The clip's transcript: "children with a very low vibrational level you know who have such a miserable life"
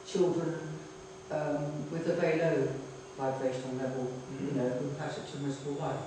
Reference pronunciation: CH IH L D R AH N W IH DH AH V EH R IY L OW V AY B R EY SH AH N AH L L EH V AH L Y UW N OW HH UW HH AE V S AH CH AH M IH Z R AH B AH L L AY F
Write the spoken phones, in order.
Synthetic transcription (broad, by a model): CH IH L D R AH N W IH DH AH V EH IY L OW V AY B R EY SH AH N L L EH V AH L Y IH N OW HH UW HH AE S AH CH AH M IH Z AH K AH L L AY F